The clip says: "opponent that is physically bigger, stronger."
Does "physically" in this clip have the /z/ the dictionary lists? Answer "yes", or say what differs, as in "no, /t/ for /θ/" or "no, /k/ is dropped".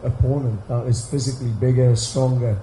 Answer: yes